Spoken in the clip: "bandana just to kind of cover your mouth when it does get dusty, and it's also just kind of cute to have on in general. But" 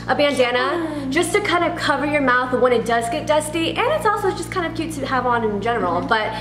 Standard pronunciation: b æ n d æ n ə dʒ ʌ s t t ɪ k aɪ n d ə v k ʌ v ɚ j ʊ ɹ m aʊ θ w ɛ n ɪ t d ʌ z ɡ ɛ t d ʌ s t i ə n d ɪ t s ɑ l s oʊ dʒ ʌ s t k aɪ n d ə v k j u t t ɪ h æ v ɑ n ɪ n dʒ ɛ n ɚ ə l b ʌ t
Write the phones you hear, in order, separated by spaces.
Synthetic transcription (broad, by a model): b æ n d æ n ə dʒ ʌ s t t ɪ k aɪ n d ə v k ʌ v ɚ j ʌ ɹ m aʊ θ w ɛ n ɪ t d ʌ z ɡ ɛ t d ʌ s t i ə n ɪ t s ɑ l s oʊ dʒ ʌ s k aɪ n d ə v k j u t t ɪ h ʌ v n ɪ n dʒ ɛ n ɚ l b ʌ t